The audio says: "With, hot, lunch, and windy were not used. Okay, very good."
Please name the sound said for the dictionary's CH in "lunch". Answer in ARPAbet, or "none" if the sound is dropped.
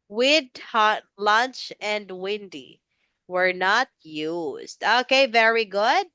CH